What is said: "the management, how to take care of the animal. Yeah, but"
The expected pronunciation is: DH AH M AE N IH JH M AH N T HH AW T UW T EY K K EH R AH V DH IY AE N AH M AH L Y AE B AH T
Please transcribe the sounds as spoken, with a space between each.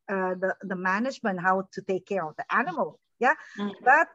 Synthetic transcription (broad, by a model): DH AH M AE N IH JH M AH N T HH AW T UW T EY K K EH R AH V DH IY AE N AH M AH L Y AE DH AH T